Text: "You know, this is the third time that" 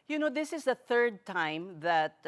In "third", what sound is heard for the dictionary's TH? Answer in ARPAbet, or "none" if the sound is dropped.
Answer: TH